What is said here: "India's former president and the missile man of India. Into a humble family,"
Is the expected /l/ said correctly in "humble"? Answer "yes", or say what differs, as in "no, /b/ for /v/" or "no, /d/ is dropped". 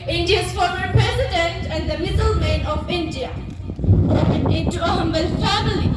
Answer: no, /n/ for /l/